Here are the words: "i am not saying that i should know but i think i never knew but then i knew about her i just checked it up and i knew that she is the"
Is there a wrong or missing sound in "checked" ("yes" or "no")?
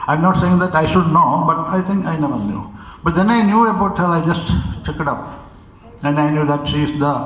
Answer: yes